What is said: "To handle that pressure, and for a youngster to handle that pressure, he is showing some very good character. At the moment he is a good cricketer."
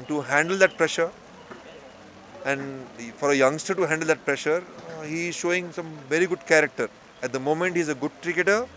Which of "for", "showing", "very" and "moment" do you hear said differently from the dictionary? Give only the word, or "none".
none